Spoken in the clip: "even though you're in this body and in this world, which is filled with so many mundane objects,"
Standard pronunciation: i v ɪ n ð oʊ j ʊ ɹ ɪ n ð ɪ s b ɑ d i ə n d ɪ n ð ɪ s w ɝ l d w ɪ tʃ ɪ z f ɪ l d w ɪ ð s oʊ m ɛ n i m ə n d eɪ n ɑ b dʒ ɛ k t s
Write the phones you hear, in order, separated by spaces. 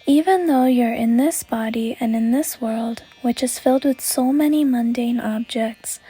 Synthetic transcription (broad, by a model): i v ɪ n ð oʊ j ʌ ɹ ɪ n ð ɪ s b ɑ d i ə n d ɪ n ð ɪ s w ɝ l d w ɪ tʃ ɪ z f ɪ l d w ɪ ð s oʊ m ɛ n i m ə n d eɪ n ɑ b dʒ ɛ k t s